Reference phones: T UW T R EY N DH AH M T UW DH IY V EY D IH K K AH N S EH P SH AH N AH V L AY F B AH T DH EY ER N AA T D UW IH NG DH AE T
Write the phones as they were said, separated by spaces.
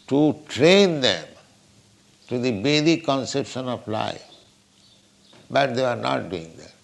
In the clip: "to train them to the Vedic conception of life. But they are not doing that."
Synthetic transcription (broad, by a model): T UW T R EY N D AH M T UW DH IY B EY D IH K K AH N S EH P SH AH N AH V L AY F B AH T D EY ER N AA T D UW IH NG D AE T